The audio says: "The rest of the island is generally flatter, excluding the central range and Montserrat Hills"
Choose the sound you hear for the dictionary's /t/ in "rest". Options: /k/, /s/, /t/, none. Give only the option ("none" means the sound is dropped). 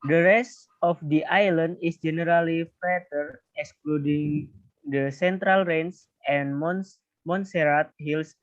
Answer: /t/